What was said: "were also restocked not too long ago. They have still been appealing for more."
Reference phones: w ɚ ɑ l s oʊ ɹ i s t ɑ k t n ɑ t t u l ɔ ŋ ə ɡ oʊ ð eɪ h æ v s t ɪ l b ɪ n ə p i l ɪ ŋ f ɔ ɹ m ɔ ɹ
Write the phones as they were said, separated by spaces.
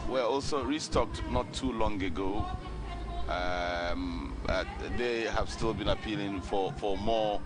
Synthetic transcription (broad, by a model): w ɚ ɑ l s oʊ ɹ i s t ɑ k t n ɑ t t u l ɔ ŋ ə ɡ oʊ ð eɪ h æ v s t ɪ l b ɪ n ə p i l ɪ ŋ f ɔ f m ɔ